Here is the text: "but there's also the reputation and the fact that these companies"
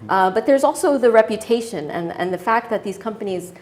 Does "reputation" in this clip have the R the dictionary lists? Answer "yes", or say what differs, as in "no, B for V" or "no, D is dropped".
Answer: yes